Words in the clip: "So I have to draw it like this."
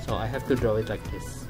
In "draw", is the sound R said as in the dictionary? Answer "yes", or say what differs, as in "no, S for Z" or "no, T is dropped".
yes